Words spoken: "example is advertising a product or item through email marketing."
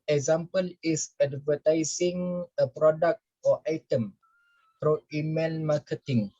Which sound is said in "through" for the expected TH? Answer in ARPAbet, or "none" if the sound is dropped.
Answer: F